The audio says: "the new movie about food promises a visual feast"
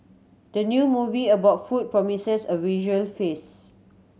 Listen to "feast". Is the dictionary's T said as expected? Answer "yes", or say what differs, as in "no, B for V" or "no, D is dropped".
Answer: no, T is dropped